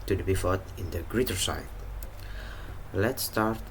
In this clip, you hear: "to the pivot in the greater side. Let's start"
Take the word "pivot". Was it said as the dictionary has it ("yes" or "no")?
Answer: no